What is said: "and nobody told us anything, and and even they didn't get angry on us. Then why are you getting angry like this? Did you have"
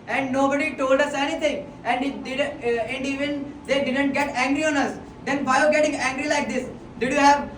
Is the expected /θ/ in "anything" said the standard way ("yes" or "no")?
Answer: no